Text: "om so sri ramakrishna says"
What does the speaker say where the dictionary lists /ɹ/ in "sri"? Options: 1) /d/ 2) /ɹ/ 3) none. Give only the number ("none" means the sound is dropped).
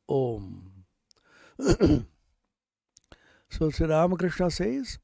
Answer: 3